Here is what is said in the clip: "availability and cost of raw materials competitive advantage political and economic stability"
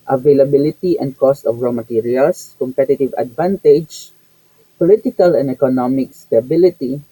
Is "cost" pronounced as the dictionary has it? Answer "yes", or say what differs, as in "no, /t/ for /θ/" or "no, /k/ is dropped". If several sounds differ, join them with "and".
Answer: yes